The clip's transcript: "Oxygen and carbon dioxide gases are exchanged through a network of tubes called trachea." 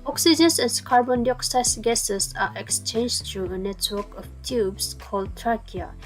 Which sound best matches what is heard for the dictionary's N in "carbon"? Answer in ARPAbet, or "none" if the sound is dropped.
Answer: N